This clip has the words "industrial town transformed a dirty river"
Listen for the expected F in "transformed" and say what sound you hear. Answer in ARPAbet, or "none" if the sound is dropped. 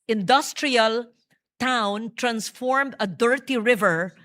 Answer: F